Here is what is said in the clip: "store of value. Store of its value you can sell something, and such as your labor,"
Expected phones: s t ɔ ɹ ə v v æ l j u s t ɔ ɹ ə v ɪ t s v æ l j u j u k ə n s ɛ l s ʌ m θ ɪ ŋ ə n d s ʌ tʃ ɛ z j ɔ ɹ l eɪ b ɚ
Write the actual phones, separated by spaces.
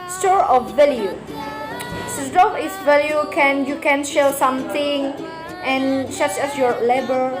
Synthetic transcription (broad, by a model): s t ɔ ɹ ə f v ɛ l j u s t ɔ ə f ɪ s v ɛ l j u j u k ə n ʃ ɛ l s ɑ m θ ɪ ŋ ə n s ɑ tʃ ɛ s j ɔ ɹ l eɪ b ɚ